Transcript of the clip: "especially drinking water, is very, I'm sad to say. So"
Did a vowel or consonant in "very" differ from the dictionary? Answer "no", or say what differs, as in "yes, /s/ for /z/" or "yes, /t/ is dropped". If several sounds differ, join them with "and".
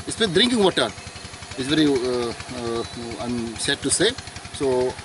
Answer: no